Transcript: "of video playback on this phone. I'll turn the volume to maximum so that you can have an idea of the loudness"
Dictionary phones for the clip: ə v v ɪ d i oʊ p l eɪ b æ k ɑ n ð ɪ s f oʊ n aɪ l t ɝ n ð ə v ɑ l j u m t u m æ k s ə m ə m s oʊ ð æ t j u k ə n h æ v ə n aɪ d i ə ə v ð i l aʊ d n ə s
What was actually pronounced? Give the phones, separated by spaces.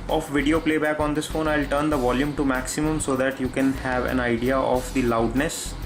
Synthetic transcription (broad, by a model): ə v v ɪ d i oʊ p l eɪ b æ k ɑ n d ɪ s f oʊ n aɪ l t ɝ n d ə v ɑ l j u m t u m æ k s ə m ə m s oʊ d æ t j u k ə n h æ v ə n aɪ d i ə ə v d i l aʊ d n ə s